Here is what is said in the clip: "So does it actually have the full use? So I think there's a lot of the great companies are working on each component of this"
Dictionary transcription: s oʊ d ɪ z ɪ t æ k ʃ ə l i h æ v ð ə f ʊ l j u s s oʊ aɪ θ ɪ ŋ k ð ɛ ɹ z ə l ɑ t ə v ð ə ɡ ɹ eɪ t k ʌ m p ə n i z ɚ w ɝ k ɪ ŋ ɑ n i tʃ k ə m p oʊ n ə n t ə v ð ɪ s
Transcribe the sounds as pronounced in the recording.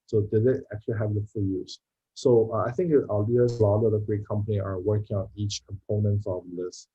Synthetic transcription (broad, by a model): s oʊ d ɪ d ɪ t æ k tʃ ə l i h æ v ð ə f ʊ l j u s s oʊ aɪ θ ɪ ŋ k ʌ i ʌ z ə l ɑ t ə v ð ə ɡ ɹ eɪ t k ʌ m p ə n i ɚ w ɝ k ɪ ŋ ɑ n i tʃ k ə m p oʊ n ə n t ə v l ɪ s